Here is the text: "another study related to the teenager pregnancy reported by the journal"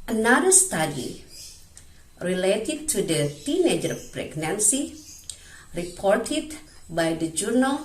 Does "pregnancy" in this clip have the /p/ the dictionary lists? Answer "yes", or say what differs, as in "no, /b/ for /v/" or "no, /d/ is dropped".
yes